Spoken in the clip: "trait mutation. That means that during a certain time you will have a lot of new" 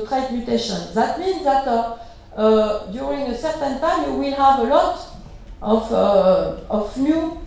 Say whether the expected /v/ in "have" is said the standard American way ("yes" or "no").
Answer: yes